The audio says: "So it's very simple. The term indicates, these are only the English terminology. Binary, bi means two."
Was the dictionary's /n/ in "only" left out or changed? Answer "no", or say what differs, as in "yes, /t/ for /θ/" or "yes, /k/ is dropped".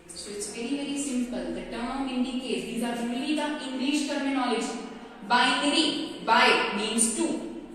yes, /n/ is dropped